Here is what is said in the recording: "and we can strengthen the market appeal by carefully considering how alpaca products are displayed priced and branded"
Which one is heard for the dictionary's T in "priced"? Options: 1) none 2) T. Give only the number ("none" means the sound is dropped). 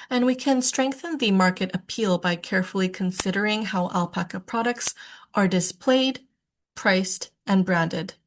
2